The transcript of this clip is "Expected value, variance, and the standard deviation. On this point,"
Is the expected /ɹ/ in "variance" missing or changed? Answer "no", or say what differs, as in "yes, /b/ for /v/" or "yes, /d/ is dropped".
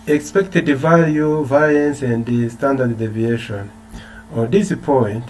yes, /l/ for /ɹ/